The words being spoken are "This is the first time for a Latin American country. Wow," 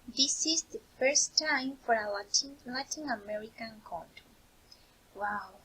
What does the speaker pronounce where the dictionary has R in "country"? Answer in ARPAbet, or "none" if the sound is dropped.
W